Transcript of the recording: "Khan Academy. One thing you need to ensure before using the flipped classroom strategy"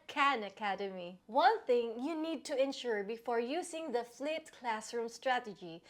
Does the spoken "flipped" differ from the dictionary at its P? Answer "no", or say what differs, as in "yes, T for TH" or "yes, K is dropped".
yes, P is dropped